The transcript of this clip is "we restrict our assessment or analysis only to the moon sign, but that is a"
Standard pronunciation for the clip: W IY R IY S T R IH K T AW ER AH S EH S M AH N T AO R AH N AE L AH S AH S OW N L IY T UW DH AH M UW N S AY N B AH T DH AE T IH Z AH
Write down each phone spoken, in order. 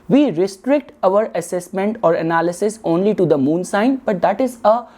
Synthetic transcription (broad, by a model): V IY R IY S T R IH K T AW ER AH S EH S M AH N T AO R AH N AE L AH S AH S OW N L IY T UW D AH M UW N S AY N B AH T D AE T IH Z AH